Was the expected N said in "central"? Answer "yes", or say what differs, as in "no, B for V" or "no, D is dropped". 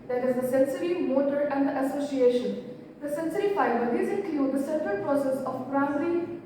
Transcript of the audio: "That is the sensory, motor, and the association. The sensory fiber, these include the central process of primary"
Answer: no, N is dropped